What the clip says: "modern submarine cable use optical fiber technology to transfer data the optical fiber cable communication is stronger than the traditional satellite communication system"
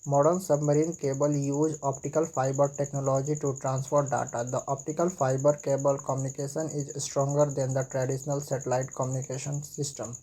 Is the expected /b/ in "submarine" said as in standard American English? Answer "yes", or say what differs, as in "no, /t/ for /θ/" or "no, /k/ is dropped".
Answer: yes